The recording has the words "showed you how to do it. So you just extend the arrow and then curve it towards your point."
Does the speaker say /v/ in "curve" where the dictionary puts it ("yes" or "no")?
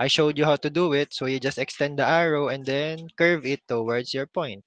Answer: yes